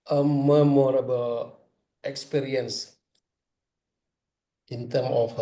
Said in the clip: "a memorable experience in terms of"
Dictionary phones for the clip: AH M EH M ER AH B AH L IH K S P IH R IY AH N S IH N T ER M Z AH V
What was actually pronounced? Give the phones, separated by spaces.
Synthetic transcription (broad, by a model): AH M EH M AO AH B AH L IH K S P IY R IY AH N S IH N T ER M AH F